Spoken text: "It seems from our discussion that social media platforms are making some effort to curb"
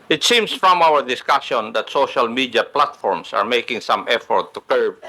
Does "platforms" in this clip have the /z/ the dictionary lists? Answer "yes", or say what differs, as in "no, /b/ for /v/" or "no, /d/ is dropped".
no, /s/ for /z/